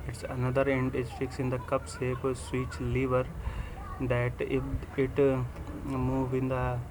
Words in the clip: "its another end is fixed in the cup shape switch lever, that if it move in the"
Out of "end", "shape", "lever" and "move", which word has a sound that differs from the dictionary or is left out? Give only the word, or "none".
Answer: shape